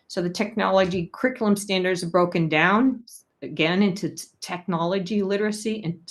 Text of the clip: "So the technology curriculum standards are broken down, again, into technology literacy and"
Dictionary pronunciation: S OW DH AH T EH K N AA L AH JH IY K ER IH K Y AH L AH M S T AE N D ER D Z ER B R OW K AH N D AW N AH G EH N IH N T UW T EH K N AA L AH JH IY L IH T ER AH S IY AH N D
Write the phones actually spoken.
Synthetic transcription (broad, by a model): S OW DH AH T EH K N AA L AH JH IY K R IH K Y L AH M S T AE N D ER D Z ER B R OW K AH N D AW N AH G EH N IH N T UW T EH K N AA L AH JH IY L IH T ER AH S IY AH N